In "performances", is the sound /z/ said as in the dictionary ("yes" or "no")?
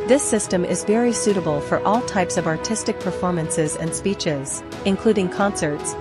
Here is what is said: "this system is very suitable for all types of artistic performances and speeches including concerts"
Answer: yes